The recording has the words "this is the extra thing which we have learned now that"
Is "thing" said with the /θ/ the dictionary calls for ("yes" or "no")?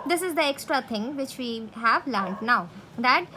no